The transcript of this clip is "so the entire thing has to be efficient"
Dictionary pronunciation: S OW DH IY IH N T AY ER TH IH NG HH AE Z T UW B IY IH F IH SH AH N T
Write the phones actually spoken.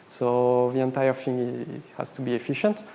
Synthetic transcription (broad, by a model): S OW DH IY IH N T AY ER F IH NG HH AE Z T UW B IY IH F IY SH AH N T